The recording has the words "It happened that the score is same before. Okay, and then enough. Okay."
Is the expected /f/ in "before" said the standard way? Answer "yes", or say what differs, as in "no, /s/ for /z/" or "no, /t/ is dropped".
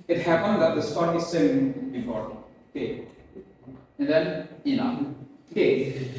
no, /p/ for /f/